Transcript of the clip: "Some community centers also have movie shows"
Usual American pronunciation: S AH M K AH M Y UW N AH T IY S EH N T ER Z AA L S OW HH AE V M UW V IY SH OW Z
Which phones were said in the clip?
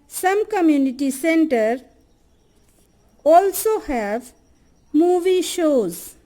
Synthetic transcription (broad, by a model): S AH M K AH M Y UW N AH T IY S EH N T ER AA L S OW HH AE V M UW V IY SH OW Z